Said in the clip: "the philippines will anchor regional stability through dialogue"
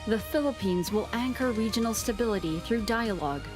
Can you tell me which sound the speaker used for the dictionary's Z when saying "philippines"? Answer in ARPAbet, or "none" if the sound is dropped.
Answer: Z